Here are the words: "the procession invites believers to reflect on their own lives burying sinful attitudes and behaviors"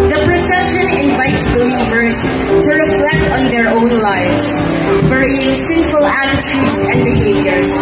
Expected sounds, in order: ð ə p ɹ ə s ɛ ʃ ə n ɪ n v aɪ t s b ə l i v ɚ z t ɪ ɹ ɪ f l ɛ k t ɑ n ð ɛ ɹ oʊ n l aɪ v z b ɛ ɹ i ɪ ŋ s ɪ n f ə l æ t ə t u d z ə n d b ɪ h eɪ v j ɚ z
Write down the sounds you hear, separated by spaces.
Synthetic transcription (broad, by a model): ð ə p ɹ ə s ɛ ʃ ə n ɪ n v aɪ t s b ə l i v ɚ z t ɪ ɹ ɪ f l ɛ k t n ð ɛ ɹ oʊ n l aɪ v z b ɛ ɹ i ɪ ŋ s ɪ n f ə l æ t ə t u d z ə n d b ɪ h eɪ v j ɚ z